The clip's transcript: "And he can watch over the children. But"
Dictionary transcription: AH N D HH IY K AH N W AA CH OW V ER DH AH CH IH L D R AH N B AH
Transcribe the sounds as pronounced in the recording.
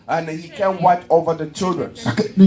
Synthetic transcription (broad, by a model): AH N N HH IY K AH N W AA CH OW V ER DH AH CH IH L D R AH N